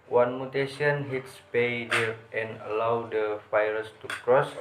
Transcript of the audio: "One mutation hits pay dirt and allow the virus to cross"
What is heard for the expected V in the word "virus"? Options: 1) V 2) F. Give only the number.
2